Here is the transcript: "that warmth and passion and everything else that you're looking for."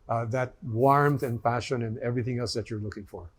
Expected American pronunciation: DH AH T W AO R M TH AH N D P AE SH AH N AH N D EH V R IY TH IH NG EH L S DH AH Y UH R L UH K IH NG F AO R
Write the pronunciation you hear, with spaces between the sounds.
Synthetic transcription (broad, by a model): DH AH T W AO R M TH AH N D P AE SH AH N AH N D EH V R IY TH IH NG EH L S DH AH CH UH R L UH K IH NG F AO R